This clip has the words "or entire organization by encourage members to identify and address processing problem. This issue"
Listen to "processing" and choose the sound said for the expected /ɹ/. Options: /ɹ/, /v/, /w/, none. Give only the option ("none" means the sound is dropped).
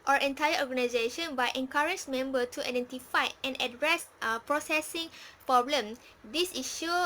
/ɹ/